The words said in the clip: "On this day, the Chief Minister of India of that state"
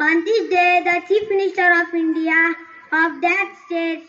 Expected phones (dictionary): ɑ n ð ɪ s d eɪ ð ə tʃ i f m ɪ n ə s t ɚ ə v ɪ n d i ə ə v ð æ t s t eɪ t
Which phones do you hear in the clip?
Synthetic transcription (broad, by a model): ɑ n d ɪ d eɪ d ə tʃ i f m ɪ n ə s t ɚ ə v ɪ n d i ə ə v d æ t s t eɪ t